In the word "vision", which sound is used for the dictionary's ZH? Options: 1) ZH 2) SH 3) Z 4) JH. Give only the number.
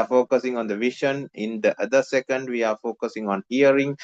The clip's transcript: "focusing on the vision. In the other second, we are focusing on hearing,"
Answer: 2